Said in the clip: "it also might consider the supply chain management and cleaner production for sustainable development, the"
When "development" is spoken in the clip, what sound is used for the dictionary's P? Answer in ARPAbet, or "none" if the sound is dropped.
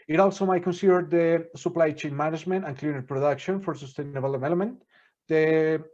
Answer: none